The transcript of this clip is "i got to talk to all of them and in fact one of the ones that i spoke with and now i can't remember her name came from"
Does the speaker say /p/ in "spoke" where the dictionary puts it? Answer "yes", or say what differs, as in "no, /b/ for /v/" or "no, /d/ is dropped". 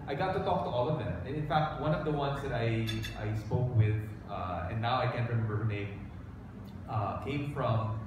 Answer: yes